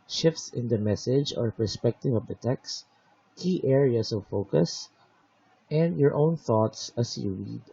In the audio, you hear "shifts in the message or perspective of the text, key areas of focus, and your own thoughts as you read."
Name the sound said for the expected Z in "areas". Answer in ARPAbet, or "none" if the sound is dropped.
S